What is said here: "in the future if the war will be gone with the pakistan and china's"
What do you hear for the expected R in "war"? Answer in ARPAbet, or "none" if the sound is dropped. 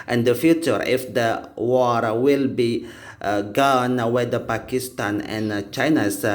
R